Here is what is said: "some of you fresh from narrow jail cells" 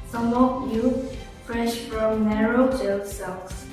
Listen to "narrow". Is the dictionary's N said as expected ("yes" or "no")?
yes